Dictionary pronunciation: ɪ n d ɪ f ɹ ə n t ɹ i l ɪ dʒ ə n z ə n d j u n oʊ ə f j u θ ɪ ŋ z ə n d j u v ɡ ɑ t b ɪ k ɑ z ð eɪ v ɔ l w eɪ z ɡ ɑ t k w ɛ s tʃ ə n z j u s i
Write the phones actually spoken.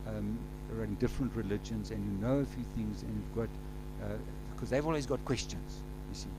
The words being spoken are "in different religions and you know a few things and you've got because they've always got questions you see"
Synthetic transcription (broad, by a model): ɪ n d ɪ f ɹ ə n t ɹ i l ɪ dʒ ə n z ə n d j u n oʊ ə f j u θ ɪ ŋ z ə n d j u v ɡ ɑ t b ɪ k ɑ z ð eɪ v ɔ l w eɪ z ɡ ɑ t k w ɛ s tʃ ə n z j u s i